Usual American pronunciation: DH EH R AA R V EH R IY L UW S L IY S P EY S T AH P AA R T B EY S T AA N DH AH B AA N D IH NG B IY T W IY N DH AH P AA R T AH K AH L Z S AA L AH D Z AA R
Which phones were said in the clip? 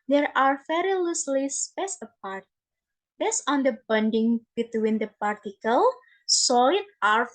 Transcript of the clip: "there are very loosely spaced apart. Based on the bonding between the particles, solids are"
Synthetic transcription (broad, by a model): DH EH R AA R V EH R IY L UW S L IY S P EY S AH P AA R T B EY S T AA N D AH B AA N D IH NG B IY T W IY N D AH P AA R T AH K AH L S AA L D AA R